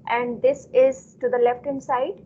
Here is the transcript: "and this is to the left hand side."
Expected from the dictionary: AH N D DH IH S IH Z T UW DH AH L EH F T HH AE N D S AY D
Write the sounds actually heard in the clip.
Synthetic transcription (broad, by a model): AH N D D IH S IH Z T UW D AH L EH F T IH N S AY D